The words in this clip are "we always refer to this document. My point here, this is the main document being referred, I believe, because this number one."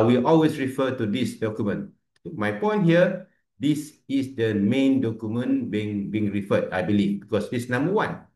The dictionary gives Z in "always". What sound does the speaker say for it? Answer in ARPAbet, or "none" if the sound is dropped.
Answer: S